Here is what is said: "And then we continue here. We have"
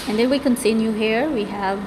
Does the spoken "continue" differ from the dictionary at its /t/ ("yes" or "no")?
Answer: yes